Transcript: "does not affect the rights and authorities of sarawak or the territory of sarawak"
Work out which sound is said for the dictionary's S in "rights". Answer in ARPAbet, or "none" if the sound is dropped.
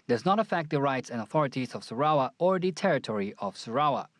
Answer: S